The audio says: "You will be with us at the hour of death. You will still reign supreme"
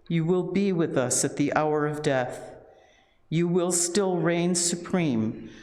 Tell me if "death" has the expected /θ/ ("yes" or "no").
yes